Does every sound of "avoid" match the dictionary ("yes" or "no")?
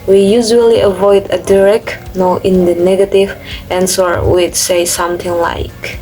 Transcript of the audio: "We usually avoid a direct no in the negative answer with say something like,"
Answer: yes